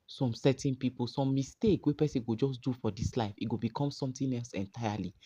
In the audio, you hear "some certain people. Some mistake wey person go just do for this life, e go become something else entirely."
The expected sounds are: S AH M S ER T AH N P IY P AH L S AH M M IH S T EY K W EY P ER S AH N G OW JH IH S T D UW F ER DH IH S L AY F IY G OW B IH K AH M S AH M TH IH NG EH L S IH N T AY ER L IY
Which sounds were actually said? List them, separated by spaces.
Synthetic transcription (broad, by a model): S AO M S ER T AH N P IY P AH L S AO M M IH S T EY K W EY P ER S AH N G OW JH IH S D UW F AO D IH S L AY F IY G OW B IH K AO M S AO M T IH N EH L S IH N T AY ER L IY